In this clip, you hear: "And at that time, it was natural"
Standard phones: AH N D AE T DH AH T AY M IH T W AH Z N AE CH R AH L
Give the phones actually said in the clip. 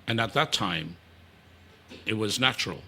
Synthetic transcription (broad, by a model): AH N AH T DH AH T AY M IH T W AH Z N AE CH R L